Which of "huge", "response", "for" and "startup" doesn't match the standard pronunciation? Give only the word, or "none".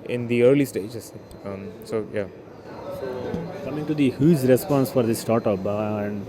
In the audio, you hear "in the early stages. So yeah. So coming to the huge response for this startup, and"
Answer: huge